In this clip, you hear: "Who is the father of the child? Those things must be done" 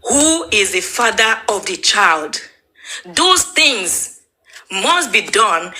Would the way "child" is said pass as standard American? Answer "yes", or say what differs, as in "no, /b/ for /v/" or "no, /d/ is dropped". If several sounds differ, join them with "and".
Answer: yes